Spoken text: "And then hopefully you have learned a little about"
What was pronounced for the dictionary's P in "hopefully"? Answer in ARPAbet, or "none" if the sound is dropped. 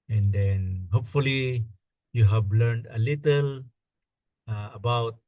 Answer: P